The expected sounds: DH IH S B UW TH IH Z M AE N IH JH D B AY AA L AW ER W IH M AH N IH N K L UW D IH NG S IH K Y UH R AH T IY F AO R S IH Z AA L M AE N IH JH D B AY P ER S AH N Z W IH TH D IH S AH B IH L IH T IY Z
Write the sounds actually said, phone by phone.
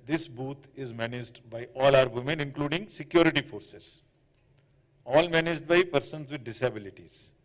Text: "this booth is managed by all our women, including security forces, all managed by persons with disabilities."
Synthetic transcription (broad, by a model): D IH S B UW T IH Z M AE N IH JH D B AY AA L AW ER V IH M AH N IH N K L UW D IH NG S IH K Y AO R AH T IY F AO R S IH Z AA L M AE N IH JH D B AY P ER S AH N Z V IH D D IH S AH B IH L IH T IY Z